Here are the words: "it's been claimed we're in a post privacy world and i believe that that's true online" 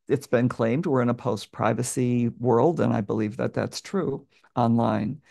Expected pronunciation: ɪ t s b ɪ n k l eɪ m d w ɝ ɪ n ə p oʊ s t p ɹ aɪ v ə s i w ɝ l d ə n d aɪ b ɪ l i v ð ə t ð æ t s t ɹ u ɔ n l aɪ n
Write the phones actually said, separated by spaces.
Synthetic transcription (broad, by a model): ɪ t s b ɪ n k l eɪ m d w ɝ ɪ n ə p oʊ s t p ɹ aɪ v ə s i w ɝ l d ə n aɪ b ɪ l i v ð ə t ð æ t s t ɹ u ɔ n l aɪ n